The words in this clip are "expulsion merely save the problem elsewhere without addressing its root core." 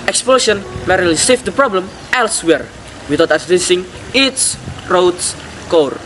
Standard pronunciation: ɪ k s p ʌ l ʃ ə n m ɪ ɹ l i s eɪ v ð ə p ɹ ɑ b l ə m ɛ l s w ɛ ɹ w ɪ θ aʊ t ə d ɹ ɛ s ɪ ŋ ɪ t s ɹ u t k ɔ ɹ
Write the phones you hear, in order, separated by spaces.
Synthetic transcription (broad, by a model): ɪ k s p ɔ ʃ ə n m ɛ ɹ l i s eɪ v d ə p ɹ ɑ b l ə m ɛ l s w ɛ ɹ w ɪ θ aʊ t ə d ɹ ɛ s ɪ ŋ ɪ t s ɹ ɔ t k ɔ ɹ